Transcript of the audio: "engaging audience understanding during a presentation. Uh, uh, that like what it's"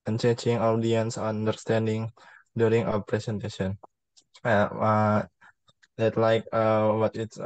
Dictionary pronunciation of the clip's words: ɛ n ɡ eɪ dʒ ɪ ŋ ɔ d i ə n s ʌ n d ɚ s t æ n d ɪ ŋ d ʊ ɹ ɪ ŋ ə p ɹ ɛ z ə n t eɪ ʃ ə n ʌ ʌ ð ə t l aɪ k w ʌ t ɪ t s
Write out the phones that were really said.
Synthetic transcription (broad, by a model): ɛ n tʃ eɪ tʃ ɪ ŋ ɔ d i ə n s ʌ n d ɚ s t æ n d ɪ ŋ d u ɹ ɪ ŋ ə p ɹ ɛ s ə n t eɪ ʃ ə n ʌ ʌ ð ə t l aɪ k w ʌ t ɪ t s